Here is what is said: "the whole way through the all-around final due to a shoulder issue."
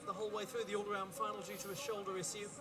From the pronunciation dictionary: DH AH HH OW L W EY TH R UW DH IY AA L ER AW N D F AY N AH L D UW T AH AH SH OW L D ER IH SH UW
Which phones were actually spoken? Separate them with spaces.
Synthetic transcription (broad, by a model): DH AH HH OW L W EY TH R UW DH IY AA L ER AW N D F AY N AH L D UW T AH AH SH OW L D ER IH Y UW